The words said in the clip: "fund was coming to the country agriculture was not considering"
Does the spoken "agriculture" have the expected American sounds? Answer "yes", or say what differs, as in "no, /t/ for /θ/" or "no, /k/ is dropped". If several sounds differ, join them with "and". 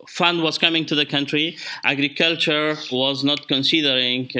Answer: yes